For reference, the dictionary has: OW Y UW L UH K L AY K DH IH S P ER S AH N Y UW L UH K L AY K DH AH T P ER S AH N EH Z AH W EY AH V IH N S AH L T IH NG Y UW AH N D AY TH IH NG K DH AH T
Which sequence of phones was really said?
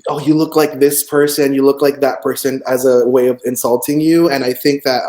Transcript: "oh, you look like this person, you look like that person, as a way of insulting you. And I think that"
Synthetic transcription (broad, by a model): OW Y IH L UH K L AY K DH IH S P ER S AH N Y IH L UH K L AY K DH AH T P ER S AH N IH Z AH W EY AH V IH N S AH L T IH NG Y UW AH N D AY TH IH NG K DH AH T